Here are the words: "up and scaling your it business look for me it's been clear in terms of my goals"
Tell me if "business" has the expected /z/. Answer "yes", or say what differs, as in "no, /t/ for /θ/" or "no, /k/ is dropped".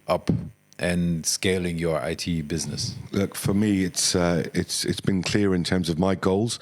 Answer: yes